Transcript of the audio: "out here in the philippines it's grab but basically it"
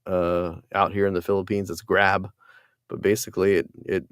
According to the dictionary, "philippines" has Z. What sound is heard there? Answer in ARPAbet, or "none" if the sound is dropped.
Z